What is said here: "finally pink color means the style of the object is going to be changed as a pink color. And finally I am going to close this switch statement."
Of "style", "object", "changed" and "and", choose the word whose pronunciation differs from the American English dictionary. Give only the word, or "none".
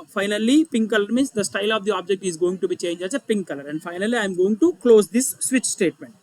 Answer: changed